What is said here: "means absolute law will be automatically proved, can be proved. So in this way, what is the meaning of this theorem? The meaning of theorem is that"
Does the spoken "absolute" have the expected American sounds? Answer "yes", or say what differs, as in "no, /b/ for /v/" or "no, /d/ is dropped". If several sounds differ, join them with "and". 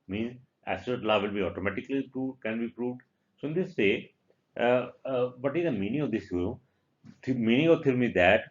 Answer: no, /b/ is dropped and /l/ is dropped